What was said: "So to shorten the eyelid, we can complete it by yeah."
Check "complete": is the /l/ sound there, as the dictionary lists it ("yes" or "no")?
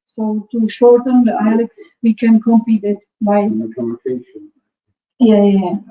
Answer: no